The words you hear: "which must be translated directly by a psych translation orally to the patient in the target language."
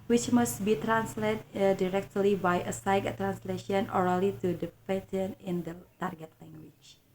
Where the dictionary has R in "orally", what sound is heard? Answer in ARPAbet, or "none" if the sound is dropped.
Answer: R